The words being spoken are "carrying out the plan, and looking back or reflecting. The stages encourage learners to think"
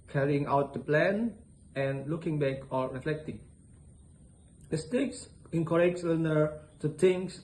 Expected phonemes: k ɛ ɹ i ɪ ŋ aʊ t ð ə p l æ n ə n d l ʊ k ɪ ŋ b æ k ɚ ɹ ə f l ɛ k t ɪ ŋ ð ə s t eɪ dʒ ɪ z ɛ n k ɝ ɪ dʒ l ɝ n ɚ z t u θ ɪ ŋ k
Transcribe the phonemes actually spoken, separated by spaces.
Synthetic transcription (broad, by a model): k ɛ ɹ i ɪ ŋ aʊ t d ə p l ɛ n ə n l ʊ k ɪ ŋ b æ k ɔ ɹ ə f l ɛ k t ɪ ŋ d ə s t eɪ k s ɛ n k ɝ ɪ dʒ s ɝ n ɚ t u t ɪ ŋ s